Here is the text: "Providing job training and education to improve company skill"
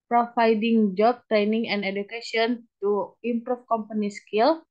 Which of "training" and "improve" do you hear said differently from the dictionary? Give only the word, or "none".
improve